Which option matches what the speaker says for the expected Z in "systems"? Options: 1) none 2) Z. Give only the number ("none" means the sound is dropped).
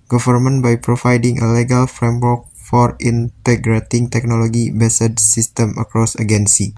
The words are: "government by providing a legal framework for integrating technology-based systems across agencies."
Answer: 1